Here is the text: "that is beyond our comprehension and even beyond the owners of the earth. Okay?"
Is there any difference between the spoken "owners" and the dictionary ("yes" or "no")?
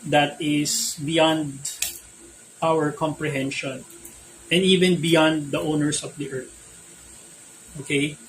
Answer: yes